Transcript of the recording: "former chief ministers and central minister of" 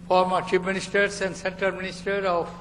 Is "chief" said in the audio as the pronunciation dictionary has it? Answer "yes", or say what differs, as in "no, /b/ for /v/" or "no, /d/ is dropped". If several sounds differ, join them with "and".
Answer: no, /p/ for /f/